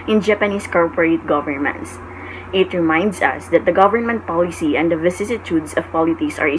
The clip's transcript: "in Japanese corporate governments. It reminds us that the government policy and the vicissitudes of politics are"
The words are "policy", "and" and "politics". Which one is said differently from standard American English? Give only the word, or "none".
politics